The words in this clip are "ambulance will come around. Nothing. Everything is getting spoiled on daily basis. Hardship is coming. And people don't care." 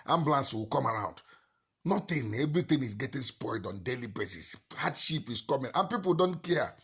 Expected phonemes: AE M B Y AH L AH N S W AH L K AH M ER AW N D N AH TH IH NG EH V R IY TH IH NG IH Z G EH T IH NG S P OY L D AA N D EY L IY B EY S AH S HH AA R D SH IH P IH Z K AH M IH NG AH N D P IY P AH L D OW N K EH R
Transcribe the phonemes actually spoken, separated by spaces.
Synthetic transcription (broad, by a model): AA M B L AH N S W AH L K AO M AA AW N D N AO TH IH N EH V R IY T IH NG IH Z G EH T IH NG S P OY L D AA N D EY L IY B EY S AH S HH AA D SH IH P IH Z K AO M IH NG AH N P IY P AH L D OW N K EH